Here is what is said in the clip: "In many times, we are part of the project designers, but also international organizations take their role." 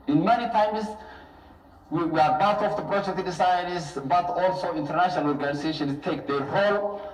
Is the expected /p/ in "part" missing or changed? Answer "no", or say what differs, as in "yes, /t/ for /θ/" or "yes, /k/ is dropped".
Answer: yes, /b/ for /p/